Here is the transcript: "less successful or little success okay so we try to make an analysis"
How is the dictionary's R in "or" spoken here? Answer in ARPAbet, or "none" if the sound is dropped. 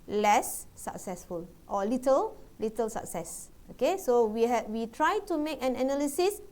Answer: L